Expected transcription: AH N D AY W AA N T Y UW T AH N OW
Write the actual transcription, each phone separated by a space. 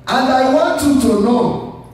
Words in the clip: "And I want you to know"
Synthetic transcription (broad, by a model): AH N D AY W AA T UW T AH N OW